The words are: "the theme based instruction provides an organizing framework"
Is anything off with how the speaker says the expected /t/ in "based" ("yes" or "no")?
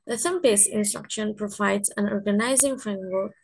yes